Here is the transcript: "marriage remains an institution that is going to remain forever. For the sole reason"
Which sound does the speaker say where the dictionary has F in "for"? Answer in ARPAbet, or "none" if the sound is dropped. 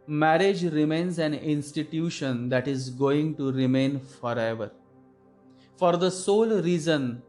F